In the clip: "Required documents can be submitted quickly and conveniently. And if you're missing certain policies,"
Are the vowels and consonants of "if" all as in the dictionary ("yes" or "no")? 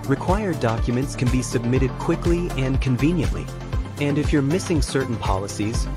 yes